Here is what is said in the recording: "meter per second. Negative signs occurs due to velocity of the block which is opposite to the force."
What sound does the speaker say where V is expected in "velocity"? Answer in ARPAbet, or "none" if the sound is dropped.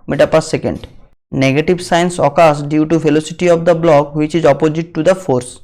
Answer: F